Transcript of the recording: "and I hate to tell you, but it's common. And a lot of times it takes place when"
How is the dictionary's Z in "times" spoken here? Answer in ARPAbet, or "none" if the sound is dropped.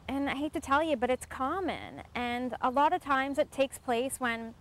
Z